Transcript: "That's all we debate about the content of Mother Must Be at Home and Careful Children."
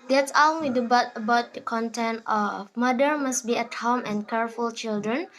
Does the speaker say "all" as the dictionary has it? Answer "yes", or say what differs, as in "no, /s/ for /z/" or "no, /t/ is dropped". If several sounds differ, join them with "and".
no, /n/ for /l/